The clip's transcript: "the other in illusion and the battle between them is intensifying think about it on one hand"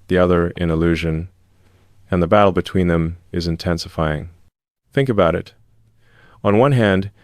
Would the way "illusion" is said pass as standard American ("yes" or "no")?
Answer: yes